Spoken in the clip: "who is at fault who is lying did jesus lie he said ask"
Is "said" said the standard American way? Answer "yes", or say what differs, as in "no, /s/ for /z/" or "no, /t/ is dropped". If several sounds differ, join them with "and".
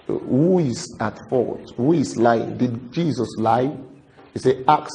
no, /d/ is dropped